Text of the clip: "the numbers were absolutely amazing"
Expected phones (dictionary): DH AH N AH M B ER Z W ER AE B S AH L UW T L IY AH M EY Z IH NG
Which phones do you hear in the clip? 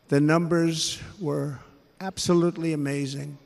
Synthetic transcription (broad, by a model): DH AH N AH M B ER Z W ER AE B S AH L UW T L IY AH M EY Z IH NG